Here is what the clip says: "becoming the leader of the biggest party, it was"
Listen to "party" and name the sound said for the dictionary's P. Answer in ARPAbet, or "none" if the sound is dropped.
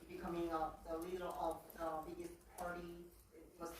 P